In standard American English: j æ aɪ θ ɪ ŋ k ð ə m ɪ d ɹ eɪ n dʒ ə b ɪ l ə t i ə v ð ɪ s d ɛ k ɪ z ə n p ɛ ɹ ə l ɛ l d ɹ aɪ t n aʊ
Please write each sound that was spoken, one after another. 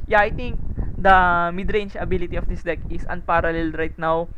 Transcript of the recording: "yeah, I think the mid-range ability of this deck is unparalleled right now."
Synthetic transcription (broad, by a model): j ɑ aɪ t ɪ ŋ k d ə m ɪ d ɹ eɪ n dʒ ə b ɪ l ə t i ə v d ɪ s d ɛ k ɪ s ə n p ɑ ɹ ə l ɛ l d ɹ aɪ t n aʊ